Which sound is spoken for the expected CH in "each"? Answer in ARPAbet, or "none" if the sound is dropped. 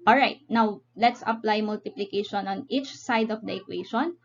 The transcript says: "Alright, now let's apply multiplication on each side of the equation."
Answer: CH